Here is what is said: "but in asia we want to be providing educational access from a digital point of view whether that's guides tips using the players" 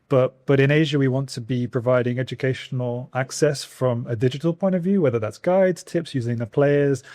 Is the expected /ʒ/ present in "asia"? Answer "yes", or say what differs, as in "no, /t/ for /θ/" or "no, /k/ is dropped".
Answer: yes